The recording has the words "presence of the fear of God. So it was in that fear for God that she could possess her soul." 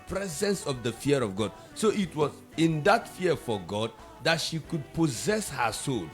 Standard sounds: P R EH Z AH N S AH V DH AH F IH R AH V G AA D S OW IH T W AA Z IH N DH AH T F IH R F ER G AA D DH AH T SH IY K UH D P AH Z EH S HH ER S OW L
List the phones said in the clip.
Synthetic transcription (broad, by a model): P R EH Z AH N S AH V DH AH F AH R AH V G AA D S OW IH T W AA Z IH N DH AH T F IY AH F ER G AA D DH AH T SH IY K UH D P AH Z EH S HH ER S OW L